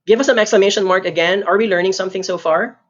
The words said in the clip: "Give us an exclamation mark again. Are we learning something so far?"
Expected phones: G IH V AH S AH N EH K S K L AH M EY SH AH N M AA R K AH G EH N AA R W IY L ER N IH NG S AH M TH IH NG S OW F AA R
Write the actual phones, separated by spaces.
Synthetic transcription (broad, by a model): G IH V AH S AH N EH K S K L AH M EY SH AH N M AA R K AH G EH N AA R W IY L ER N IH NG S AH M TH IH NG S OW F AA R